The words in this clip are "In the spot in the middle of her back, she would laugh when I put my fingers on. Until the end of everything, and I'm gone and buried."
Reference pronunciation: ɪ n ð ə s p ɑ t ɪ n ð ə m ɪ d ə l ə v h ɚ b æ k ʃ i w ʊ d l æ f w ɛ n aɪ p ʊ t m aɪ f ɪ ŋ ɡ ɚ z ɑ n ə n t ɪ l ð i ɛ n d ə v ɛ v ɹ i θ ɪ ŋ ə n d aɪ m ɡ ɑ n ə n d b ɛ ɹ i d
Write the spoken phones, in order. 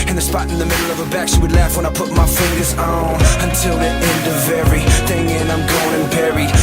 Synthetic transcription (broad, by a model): ɪ n ð ə s p ɑ t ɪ n ð ə m ɪ d l ə v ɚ b æ k s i w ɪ d l æ f w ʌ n aɪ p ʊ t m aɪ f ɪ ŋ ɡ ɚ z n ə n t ɪ l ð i ɛ n d ə v ɛ ɹ i θ ɪ ŋ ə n aɪ m ɡ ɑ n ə n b ɛ ɹ i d